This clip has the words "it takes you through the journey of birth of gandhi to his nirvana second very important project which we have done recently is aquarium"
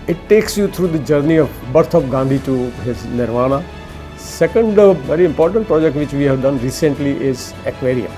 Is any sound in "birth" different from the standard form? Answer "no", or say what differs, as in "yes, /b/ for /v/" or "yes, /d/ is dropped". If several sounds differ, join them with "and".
yes, /t/ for /θ/